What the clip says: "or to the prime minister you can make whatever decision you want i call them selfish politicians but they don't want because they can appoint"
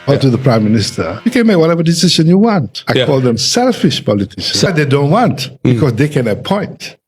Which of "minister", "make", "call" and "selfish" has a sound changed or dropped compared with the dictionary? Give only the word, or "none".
none